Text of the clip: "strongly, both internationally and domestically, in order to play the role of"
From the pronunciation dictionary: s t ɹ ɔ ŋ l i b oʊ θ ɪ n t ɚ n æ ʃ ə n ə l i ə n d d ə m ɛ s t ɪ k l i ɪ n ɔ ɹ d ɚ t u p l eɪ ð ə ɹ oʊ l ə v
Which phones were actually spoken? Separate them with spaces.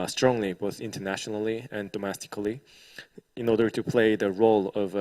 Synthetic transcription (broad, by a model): s t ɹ ɔ ŋ l i b oʊ θ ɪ n t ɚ n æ ʃ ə n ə l i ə n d d ə m ɛ s t ɪ k l i ɪ n ɔ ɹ d ɚ t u p l eɪ ð ə ɹ oʊ l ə v